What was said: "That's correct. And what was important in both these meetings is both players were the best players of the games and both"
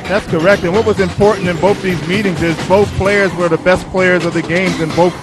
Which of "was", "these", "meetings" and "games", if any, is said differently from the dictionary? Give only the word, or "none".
none